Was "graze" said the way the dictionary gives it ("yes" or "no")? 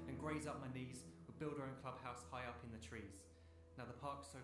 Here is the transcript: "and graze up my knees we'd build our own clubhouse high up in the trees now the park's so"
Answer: yes